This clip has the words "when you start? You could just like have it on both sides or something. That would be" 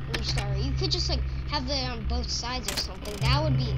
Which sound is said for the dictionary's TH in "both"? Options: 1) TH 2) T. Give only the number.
1